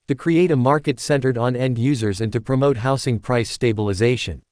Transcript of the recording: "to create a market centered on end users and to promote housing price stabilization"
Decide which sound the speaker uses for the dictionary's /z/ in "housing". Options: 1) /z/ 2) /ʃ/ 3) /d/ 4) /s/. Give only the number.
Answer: 4